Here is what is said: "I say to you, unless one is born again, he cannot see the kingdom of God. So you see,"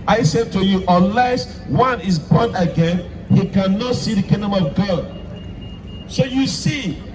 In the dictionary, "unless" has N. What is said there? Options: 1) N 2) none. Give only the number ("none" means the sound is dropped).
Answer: 2